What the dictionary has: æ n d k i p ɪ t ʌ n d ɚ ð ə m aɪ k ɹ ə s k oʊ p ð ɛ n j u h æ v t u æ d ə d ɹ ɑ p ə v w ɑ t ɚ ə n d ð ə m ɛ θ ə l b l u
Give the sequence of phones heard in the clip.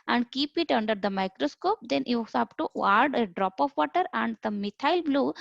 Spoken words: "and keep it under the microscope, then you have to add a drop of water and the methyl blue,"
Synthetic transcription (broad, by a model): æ n d k i p ɪ t ʌ n d ɚ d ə m aɪ k ɹ ə s k oʊ p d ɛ n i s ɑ p t u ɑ d ə d ɹ ɑ p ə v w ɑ t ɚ ə n d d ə m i t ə l b l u